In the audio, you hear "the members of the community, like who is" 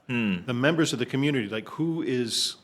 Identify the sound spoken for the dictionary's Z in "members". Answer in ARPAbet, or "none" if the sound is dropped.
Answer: Z